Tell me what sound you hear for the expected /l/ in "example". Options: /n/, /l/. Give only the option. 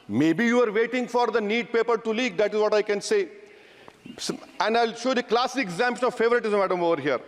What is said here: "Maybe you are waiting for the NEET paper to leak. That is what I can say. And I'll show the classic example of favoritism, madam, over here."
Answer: /n/